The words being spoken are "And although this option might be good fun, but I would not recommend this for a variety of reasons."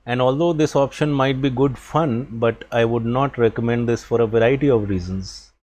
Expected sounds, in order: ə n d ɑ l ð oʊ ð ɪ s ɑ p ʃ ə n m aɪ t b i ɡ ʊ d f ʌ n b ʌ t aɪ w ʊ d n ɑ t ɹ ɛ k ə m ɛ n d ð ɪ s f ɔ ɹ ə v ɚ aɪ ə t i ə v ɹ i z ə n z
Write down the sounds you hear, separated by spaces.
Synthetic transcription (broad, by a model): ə n d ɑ l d oʊ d ɪ s ɑ p ʃ ə n m aɪ t b i ɡ ʊ d f ʌ n b ʌ t aɪ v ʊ d n ɑ t ɹ ɛ k ə m ɛ n d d ɪ s f ɔ ɹ ə v ɚ aɪ ə t i ə v ɹ i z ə n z